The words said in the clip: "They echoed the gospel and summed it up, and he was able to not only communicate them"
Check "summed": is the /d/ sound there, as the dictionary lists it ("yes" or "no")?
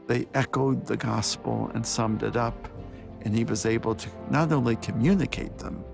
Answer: yes